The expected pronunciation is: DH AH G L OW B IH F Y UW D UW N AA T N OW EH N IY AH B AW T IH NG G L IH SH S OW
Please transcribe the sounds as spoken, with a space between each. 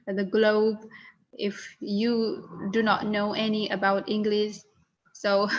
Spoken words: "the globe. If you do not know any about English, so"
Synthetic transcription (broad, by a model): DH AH G L OW B IH F Y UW D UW N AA T N OW EH N IY AH B AW T IH NG G L IH SH S OW